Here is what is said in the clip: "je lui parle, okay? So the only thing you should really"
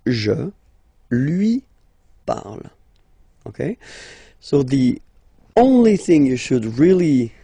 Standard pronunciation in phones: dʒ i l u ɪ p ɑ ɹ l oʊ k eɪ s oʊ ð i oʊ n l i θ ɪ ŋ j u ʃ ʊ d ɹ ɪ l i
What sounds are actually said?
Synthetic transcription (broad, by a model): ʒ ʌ l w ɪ p ɑ ɹ l oʊ k eɪ s oʊ ð i oʊ n l i θ ɪ ŋ j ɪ ʃ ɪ d ɹ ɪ l i